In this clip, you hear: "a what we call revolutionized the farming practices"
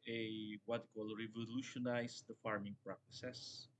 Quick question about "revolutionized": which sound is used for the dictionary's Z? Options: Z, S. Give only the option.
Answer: S